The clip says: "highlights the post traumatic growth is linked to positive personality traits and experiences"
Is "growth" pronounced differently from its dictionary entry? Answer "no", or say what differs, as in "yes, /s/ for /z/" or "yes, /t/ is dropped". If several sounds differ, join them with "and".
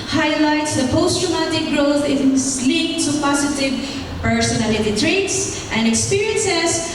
no